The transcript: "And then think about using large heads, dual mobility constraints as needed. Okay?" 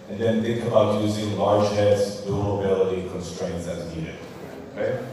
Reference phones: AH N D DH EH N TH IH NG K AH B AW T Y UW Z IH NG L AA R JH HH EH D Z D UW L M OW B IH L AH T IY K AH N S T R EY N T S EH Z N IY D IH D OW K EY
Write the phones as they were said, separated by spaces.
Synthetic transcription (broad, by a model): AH N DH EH N TH IH NG K AH B AW T Y UW Z IH NG L AA R JH HH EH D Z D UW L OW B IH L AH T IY K AH N S T R EY N T S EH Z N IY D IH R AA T